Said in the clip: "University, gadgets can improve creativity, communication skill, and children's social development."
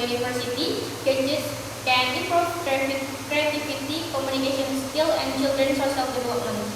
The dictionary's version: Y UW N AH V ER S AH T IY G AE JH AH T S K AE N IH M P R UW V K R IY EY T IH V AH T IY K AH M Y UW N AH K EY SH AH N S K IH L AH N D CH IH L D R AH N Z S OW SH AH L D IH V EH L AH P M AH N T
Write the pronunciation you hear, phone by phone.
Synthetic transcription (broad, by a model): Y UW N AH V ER S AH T IY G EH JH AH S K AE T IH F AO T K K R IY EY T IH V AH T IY K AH M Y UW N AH K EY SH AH N S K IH L AH N D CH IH L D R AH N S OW S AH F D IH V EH L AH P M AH N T